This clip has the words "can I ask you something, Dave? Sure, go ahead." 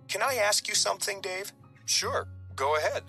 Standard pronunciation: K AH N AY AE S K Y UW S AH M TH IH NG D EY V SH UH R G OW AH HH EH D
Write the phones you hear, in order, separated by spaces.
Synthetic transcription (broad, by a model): K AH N AY AE S K Y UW S AH M TH IH NG D EY V SH UH R G OW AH HH EH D